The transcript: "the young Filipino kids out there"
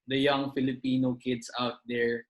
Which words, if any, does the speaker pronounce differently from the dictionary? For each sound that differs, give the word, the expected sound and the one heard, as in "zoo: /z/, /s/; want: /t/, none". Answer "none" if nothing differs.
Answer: kids: /z/, /s/